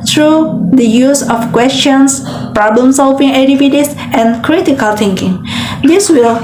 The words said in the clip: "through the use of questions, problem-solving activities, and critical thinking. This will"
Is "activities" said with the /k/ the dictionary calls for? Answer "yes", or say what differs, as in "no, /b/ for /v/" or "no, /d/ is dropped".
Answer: no, /k/ is dropped